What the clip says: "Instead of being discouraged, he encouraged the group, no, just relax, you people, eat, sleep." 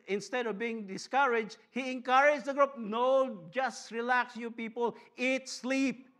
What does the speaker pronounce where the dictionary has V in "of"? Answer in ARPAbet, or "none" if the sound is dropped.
V